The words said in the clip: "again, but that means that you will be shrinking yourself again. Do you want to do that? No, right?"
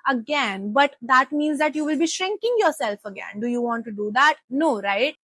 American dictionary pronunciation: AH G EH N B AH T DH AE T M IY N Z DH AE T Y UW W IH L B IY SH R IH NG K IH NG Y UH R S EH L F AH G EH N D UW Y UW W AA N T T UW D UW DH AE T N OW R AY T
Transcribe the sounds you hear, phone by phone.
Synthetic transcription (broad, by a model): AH G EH N B AH T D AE T M IY N Z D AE T Y UW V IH L B IY SH R IH NG K IH NG Y UH R S EH L F AH G EH N D UW Y UW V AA N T T UW D UW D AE T N OW R AY T